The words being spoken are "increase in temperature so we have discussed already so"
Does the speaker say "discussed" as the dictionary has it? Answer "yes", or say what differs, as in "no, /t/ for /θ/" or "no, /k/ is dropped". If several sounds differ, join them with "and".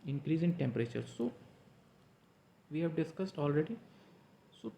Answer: yes